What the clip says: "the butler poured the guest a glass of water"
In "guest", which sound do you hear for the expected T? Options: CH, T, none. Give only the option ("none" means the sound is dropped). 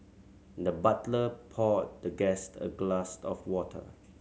T